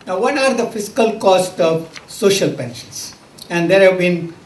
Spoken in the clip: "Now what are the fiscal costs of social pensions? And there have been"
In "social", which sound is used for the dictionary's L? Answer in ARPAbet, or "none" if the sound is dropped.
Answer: L